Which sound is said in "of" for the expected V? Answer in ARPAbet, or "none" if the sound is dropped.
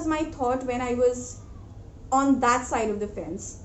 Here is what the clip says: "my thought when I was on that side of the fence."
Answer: V